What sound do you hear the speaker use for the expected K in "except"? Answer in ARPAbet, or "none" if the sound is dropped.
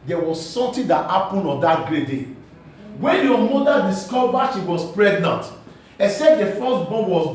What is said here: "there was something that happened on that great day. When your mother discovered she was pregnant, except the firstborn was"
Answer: none